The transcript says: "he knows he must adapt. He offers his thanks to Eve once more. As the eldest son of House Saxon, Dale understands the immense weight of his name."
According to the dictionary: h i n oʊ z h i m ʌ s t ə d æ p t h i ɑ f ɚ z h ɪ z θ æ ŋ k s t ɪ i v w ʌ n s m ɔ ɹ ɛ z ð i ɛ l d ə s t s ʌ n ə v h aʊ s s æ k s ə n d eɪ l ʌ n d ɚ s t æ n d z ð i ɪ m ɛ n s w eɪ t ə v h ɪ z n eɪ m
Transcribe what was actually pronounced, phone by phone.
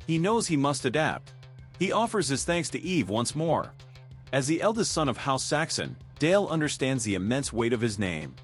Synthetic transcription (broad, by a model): h i n oʊ z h i m ʌ s t ə d æ p t h i ɑ f ɚ z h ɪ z θ æ ŋ k s t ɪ i v w ʌ n s m ɔ ɹ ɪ z ð i ɛ l d ə s t s ʌ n ə v h aʊ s s æ k s ə n d eɪ l ʌ n d ɚ s t æ n d z ð i ɪ m ɛ n s w eɪ t ə v ɪ z n eɪ m